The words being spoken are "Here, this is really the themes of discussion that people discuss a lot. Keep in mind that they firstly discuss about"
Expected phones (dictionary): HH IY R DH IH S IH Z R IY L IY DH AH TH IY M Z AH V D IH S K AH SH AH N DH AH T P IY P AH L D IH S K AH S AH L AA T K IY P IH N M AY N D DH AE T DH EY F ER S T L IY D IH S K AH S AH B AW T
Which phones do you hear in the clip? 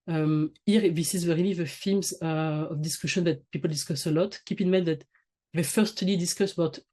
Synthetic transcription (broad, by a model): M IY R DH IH S IH Z W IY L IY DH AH F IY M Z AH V D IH S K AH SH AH N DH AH T P IY P AH L D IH S K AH S AH L AA T K IY P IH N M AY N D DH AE T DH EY F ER S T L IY D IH S K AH S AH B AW T